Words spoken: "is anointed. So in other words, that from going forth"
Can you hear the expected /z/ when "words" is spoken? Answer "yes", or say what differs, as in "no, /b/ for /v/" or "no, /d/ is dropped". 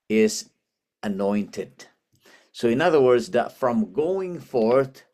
yes